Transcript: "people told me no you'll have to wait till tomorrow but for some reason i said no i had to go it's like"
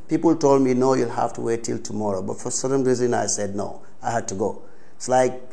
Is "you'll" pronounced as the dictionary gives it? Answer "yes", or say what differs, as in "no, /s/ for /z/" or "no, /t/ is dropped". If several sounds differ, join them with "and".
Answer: yes